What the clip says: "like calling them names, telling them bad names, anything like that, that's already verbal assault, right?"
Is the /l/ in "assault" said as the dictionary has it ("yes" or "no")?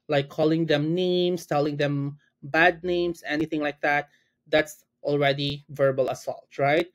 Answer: yes